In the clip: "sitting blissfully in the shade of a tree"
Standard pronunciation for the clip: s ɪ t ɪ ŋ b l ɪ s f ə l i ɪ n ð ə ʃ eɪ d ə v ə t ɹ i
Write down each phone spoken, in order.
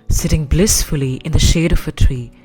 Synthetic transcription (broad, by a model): s ɪ t ɪ ŋ b l ɪ s f ə l i ɪ n ð ə ʃ eɪ d ə v ə t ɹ i